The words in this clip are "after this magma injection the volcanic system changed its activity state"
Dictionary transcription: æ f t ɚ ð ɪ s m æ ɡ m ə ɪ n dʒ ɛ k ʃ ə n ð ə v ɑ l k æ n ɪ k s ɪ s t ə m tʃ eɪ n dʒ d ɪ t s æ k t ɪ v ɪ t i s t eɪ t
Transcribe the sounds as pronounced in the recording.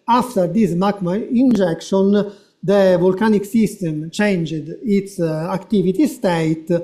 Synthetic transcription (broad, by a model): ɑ f t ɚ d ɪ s m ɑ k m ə ɪ n dʒ ɛ k ʃ ə n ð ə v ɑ l k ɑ n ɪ k s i s t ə m tʃ eɪ n dʒ d ɪ t s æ k t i v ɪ t i s t eɪ t